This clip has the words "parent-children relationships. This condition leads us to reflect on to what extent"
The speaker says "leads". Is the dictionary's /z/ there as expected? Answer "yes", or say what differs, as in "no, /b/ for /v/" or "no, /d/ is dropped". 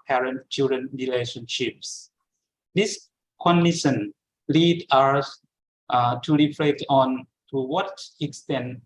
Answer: no, /z/ is dropped